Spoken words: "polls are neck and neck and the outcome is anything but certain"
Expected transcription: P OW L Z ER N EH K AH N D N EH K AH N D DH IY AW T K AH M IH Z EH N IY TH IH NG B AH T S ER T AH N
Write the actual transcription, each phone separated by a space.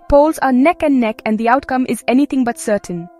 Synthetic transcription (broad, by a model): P OW L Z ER N EH K AH N D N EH K AH N D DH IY AW T K AH M IH Z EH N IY T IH NG B AH T S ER T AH N